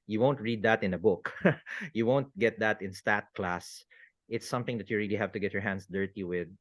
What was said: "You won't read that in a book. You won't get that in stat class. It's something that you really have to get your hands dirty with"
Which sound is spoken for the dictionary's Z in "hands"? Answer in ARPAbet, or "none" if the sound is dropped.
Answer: S